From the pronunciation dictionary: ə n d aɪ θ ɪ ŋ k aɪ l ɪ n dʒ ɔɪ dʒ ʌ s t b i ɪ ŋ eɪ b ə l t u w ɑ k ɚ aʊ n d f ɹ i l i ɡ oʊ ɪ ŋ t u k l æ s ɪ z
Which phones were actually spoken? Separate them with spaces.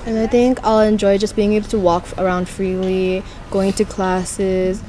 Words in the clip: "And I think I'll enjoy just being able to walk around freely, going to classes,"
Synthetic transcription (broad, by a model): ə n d aɪ θ ɪ ŋ k aɪ l ɪ n dʒ ɔɪ dʒ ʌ s b i ɪ ŋ eɪ b ə l t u w ɑ k ɚ aʊ n d f ɹ i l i ɡ oʊ ɪ ŋ t u k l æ s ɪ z